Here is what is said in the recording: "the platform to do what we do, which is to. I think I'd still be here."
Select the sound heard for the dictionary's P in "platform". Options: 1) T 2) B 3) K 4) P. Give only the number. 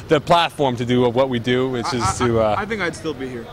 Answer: 4